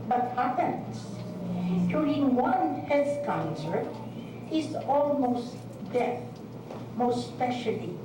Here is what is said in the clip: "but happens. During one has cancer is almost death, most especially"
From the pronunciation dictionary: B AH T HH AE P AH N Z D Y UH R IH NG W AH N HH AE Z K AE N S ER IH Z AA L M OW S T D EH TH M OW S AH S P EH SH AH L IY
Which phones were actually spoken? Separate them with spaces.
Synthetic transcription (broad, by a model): B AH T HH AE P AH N S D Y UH R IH NG W AH N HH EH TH K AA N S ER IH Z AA L M OW S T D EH M OW AH S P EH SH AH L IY